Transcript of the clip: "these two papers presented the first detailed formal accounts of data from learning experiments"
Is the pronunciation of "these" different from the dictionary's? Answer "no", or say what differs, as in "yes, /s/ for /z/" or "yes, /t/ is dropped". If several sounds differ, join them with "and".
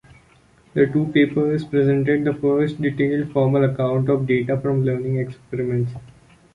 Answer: yes, /z/ is dropped